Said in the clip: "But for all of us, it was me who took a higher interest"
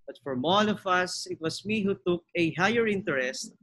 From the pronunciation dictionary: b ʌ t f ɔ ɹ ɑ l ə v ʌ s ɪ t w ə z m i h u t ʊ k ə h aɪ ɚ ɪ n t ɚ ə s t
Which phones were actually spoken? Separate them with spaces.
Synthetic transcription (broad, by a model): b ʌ t f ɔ ɹ ɑ l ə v ʌ s ɪ t w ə s m i h u t ʊ k ə h aɪ ɚ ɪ n t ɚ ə s t